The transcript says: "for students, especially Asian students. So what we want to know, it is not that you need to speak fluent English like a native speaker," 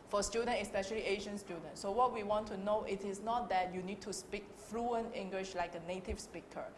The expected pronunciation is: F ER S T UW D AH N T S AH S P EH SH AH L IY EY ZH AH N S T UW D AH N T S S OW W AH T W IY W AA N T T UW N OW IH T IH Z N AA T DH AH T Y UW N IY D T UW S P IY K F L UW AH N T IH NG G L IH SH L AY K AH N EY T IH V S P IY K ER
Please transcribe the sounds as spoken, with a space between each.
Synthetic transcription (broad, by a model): F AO S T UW D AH N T AH S P EH SH AH L IY EY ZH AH N S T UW D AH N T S S OW W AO T W IY W AA N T T UW N OW IH T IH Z N AA T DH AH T Y UW N IY D T UW S P IY K F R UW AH N IH NG G L IH SH L AY K AH N EY T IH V S P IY K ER